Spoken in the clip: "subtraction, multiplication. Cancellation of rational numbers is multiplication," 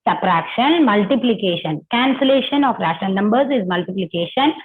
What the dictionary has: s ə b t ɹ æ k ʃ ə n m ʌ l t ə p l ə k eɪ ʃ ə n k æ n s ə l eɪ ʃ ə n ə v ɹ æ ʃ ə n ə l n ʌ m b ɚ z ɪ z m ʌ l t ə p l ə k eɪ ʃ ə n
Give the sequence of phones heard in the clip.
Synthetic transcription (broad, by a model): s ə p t ɹ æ k ʃ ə n m ʌ l t ə p l ə k eɪ ʃ ə n k æ n s ə l eɪ ʃ ə n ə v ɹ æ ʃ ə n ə l n ʌ m b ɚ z ɪ z m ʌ l t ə p l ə k eɪ ʃ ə n